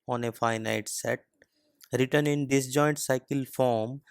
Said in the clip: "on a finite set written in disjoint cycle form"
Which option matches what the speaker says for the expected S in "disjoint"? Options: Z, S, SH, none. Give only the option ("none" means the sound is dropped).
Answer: S